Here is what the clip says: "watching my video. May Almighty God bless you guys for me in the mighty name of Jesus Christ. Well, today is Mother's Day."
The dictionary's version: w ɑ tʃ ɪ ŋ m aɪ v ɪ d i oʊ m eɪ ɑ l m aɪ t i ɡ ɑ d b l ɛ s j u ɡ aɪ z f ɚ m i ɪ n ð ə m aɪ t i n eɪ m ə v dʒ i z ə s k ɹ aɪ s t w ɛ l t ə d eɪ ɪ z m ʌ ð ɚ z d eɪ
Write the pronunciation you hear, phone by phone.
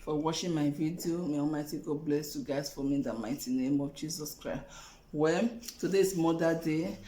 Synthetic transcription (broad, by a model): w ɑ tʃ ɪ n m aɪ v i d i oʊ m eɪ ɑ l m aɪ t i ɡ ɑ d b l ɛ s j u ɡ aɪ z f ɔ m i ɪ n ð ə m aɪ t i n eɪ m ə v dʒ i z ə s k ɹ aɪ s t w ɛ t ə d eɪ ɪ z m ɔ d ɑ d eɪ